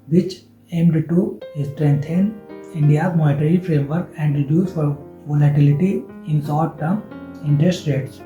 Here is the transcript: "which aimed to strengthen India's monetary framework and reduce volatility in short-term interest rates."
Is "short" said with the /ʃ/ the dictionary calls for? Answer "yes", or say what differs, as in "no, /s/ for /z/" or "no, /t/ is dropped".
no, /s/ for /ʃ/